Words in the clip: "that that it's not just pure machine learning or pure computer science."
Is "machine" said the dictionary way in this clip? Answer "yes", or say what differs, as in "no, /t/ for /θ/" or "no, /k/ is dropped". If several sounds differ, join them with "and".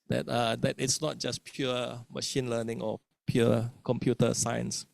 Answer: yes